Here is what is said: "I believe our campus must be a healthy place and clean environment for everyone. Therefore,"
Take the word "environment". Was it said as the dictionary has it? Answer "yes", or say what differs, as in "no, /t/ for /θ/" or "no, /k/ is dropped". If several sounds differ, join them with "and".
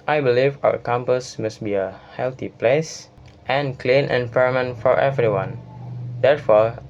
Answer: no, /p/ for /v/